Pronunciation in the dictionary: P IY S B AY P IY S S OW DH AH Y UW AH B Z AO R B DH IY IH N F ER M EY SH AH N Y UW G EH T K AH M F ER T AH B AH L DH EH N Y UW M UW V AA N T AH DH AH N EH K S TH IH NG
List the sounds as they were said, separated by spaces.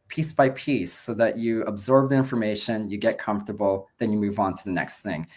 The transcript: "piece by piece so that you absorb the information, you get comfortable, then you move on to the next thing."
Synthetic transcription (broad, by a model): P IY S B AY P IY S S OW DH AH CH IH AH B Z AO R B DH IY IH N F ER M EY SH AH N Y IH G EH T K AH M F T AH B L DH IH N Y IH M UW V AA N T AH DH AH N EH K S TH IH NG